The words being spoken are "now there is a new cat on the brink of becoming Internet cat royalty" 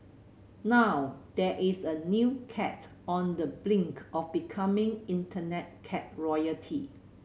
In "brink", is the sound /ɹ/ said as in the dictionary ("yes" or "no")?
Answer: no